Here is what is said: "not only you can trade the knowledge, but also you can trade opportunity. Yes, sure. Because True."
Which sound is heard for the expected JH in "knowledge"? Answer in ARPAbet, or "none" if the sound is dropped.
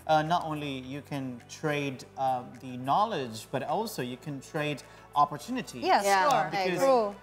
JH